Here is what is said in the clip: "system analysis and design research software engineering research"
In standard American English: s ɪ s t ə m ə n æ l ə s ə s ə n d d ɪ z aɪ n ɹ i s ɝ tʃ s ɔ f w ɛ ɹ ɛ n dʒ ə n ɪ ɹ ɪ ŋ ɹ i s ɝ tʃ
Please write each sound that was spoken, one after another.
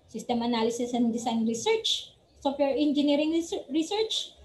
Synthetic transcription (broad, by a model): s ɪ s t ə m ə n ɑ l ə s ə s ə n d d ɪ s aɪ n ɹ i s ɝ tʃ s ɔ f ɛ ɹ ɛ n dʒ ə n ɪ ɹ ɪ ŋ ɹ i s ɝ tʃ